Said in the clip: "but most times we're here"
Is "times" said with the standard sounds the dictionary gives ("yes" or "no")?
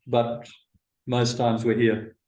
yes